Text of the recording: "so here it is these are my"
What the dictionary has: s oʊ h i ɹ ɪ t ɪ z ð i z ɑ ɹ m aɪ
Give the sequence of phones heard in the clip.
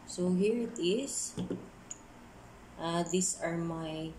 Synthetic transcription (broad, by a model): s oʊ h i ɹ ɪ t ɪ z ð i s ɑ ɹ m aɪ